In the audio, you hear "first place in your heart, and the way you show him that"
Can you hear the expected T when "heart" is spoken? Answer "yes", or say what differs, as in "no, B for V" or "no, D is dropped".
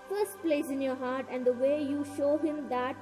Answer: yes